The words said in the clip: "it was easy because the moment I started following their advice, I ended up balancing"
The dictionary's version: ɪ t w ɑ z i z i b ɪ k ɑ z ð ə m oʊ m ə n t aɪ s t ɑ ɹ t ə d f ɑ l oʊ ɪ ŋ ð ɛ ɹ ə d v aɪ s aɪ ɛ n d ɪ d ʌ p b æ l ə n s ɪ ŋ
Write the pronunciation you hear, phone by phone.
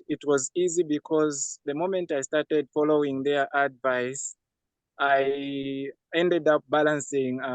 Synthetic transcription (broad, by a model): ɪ t w ɑ z i z i b ɪ k ɑ z ð ə m oʊ m ə n t aɪ s t ɑ ɹ t ə d f ɑ l oʊ ɪ ŋ ð ɛ ɹ ə d v aɪ s aɪ ɛ n d ɪ d ʌ p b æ l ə n s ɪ ŋ